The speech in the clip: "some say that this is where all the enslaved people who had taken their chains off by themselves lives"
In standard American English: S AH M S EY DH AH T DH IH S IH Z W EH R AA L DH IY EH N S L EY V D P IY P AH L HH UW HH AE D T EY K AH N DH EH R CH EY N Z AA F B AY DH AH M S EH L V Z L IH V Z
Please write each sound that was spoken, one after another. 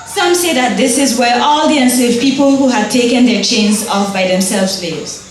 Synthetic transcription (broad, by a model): S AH M S EY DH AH T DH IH S IH Z W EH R AA L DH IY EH N S EY D P IY P AH L HH UW HH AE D T EY K AH N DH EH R CH EY N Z AA F B AY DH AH M S EH L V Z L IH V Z